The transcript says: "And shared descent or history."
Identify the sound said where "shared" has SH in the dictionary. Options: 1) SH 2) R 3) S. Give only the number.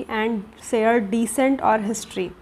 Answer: 3